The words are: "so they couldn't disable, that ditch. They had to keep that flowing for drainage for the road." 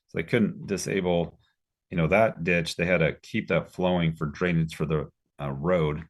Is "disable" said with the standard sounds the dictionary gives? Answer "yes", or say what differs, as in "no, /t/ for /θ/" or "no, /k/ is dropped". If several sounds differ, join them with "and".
no, /n/ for /l/